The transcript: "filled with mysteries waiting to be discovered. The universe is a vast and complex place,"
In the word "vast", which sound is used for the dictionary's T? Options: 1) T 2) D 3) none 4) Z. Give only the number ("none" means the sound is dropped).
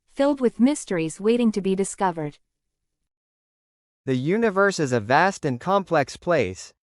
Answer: 1